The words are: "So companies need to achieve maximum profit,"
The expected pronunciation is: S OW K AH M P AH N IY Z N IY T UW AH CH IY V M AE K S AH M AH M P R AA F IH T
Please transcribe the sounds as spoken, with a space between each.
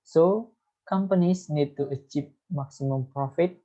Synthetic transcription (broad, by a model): S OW K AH M P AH N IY S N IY T UW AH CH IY P M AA K S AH M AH M P R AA F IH T